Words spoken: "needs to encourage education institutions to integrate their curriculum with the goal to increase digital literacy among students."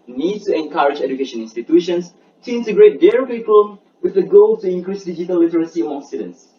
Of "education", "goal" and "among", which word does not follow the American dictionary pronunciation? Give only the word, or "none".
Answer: among